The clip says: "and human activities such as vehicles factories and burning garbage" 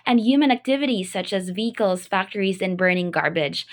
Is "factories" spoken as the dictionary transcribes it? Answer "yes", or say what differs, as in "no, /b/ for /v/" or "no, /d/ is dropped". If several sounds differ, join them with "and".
yes